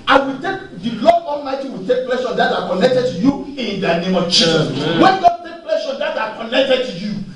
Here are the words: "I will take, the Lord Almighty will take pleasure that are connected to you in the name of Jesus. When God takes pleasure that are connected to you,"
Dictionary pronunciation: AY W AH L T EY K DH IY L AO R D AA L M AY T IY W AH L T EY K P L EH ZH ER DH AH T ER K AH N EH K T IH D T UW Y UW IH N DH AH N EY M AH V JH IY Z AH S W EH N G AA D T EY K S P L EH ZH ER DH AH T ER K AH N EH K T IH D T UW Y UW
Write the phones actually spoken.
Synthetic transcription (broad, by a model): AY W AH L T EY K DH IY L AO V AA L M AY T IY W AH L T EY K P L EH SH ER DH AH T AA K AH N EH K T IH D T UW Y UW IH N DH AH N EY M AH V CH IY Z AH W EH N G AA D T EY K P L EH SH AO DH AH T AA K AH N EH K T IH D T UW Y UW